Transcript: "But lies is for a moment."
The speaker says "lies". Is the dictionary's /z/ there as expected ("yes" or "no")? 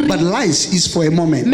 no